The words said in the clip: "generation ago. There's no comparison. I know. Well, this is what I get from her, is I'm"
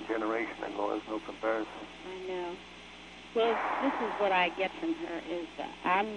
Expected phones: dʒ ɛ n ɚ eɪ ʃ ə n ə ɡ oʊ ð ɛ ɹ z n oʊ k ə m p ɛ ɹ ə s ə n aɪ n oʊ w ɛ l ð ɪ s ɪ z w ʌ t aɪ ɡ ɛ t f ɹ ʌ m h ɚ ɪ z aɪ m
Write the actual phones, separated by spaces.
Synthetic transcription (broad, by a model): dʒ ɛ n ɚ eɪ ʃ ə n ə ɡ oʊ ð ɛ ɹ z n oʊ k ə m p ɛ ɹ ə s ə n aɪ n oʊ w ɛ l ð ɪ s ɪ z w ʌ t aɪ ɡ ɛ t f ɹ ʌ m ɚ ɪ z aɪ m